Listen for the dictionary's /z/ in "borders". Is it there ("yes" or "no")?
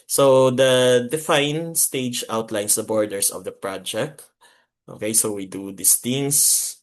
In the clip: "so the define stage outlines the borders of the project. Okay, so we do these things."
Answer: no